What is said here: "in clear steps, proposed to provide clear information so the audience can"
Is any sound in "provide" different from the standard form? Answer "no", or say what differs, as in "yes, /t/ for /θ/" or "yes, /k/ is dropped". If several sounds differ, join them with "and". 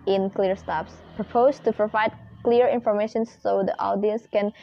no